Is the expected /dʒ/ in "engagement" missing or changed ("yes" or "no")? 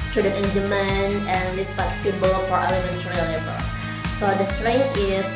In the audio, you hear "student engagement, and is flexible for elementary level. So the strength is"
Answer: yes